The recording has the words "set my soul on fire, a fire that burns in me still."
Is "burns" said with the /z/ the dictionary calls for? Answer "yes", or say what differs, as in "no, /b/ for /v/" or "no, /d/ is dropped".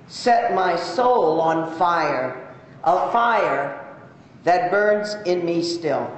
yes